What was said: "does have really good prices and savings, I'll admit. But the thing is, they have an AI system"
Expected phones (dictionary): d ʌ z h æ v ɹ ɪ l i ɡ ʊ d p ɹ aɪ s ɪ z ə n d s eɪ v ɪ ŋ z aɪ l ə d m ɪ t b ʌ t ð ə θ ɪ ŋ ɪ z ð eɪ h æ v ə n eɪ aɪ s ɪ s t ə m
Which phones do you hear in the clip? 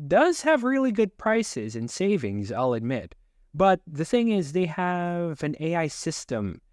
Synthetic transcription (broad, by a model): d ʌ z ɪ v ɹ ɪ l i ɡ ʊ d p ɹ aɪ s ɪ z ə n s eɪ v ɪ ŋ z aɪ l ə d m ɪ t b ʌ t ð ə θ ɪ ŋ ɪ z ð eɪ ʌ v ə n eɪ aɪ s ɪ s t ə m